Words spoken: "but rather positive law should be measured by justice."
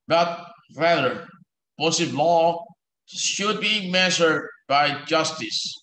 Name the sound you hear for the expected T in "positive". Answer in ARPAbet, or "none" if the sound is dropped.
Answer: S